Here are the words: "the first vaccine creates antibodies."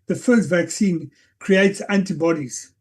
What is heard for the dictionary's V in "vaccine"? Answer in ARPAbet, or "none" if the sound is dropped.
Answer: V